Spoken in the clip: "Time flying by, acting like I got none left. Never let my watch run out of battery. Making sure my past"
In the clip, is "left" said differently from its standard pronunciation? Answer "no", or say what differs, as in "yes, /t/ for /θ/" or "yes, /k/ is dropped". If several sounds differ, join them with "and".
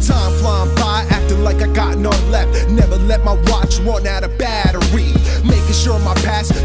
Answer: no